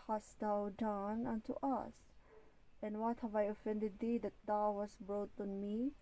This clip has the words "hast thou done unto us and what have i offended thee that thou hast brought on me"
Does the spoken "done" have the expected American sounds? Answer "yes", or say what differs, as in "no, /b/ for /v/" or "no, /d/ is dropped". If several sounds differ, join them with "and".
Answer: yes